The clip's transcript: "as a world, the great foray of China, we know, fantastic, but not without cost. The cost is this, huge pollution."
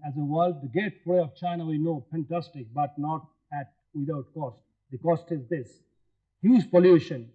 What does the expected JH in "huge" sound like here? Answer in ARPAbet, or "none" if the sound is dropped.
Z